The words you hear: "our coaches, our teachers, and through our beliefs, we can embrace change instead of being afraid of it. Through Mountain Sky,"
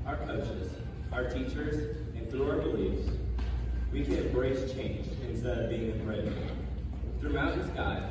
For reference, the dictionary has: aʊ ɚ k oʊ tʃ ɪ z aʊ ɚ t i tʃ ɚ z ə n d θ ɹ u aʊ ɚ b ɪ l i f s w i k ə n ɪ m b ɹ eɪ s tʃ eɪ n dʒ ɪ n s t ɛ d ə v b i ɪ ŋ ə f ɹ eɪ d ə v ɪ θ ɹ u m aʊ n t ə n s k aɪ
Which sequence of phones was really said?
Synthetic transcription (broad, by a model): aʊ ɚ k oʊ tʃ ɪ z aʊ ɚ t i tʃ ɚ z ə n θ ɹ u aʊ ɚ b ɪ l i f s w i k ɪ b ɹ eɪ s tʃ eɪ n dʒ ɪ n s t ɛ d ə v b i ɪ ŋ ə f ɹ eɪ ə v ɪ θ ɹ u aʊ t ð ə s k aɪ